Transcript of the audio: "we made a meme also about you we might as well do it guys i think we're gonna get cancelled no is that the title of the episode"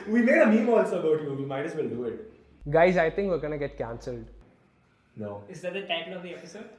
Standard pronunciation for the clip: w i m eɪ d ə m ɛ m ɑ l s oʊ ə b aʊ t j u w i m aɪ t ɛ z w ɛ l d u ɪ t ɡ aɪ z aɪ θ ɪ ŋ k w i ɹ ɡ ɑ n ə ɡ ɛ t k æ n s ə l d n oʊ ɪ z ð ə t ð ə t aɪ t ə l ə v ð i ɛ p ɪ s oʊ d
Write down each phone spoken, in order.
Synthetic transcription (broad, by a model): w i m eɪ d ə m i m ɑ l s oʊ ə b aʊ t j u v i m aɪ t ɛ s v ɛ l d u ɪ t ɡ aɪ z aɪ t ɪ ŋ k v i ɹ ɡ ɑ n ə ɡ ɛ t k æ n s ə l d n oʊ ɪ z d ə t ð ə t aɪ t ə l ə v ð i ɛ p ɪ s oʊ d